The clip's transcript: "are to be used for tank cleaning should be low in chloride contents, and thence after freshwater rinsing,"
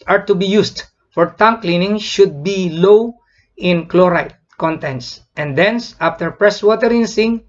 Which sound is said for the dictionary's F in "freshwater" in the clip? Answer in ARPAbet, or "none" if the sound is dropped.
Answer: P